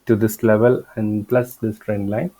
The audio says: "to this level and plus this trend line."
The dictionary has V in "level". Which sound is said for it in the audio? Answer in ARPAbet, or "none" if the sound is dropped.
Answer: V